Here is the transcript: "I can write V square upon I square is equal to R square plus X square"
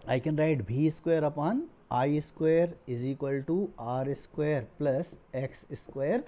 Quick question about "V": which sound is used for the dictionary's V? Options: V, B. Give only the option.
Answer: B